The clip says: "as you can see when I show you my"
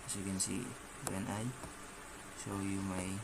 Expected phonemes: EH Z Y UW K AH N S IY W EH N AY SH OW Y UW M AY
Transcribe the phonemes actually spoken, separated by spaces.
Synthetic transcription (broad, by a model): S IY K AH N S IY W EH N AY S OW Y UW M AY